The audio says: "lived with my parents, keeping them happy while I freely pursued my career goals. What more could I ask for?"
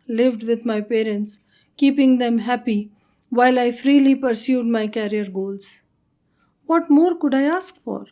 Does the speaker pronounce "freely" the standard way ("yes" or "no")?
yes